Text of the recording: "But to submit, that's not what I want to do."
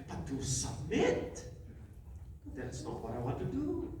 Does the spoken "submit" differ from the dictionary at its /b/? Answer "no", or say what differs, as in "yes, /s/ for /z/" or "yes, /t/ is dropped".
yes, /b/ is dropped